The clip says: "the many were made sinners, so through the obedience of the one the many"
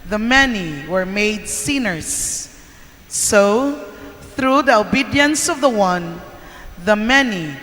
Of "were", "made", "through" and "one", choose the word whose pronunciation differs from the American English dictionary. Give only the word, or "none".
none